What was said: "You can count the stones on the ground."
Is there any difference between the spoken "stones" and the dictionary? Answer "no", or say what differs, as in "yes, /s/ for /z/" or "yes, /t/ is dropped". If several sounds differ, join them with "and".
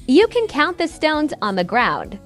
no